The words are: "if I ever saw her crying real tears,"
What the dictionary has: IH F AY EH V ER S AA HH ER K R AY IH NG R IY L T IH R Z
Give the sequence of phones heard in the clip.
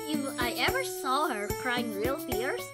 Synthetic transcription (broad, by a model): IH AY EH V ER S AA HH ER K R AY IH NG R IY L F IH R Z